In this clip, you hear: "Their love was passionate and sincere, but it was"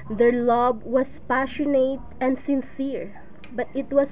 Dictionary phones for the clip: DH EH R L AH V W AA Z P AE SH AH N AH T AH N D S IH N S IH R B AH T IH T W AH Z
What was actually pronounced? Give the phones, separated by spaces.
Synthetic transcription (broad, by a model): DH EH R L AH B W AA S P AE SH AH N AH T AH N D S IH N S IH R B AH T IH T W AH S